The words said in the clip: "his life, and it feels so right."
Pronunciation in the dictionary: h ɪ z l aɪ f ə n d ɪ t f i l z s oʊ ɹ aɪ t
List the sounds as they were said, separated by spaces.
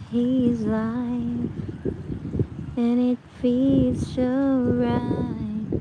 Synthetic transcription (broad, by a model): h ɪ z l aɪ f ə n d ɪ t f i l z ʃ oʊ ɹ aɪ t